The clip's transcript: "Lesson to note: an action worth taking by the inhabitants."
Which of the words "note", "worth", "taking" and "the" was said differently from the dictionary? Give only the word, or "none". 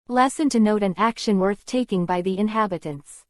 none